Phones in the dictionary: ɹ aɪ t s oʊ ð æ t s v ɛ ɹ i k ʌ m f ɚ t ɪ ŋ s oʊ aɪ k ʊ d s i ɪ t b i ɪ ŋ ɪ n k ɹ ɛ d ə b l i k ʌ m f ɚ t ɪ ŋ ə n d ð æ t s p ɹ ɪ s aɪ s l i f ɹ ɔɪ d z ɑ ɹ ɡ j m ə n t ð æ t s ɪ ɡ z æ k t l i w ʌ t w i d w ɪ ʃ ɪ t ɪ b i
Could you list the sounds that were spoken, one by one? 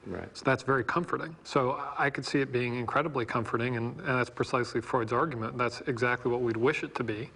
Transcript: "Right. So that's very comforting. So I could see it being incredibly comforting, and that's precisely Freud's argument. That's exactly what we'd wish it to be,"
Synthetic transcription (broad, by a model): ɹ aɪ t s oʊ ð æ t s v ɛ ɹ i k ʌ m f ɚ t ɪ ŋ s oʊ aɪ k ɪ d s i ɪ t b i ɪ ŋ ɪ n k ɹ ɛ d ə b l i k ʌ m f ɚ t ɪ ŋ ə n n ð æ t s p ɹ ɪ s aɪ s l i f ɹ ɔɪ d z ɑ ɹ ɡ j m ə n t ð æ t s ɪ ɡ z æ k t l i w ʌ t w i d w ɪ ʃ ɪ t ɪ b i